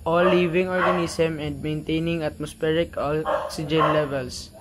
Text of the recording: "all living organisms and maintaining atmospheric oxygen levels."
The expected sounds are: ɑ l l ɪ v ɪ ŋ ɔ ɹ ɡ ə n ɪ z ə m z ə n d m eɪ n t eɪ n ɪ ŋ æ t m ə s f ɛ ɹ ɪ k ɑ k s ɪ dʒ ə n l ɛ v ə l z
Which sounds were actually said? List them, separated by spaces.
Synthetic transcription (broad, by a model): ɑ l l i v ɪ ŋ ɔ ɹ ɡ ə n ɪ s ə m ə n d m eɪ n t eɪ n ɪ ŋ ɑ t m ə s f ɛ ɹ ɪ k ɑ k s ɪ dʒ ə n l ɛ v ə l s